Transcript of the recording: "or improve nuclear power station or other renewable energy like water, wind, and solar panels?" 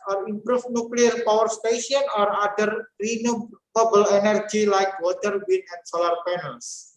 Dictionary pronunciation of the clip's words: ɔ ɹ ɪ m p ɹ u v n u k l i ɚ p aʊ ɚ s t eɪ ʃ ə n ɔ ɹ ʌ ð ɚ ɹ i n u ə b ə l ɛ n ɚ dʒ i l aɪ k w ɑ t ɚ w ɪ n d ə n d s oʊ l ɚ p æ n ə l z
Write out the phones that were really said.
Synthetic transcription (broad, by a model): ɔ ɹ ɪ m p ɹ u f n u k l i ɚ p aʊ ɚ s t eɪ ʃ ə n ɔ ɹ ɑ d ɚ ɹ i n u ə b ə l ɛ n ɚ dʒ i l aɪ k w ɑ t ɚ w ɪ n ə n s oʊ l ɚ p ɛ n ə l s